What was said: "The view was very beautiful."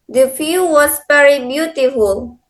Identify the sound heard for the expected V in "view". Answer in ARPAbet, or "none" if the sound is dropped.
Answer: F